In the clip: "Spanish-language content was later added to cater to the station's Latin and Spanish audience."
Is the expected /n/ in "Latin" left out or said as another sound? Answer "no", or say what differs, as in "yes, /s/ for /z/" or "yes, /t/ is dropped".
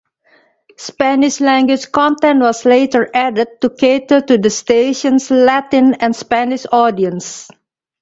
no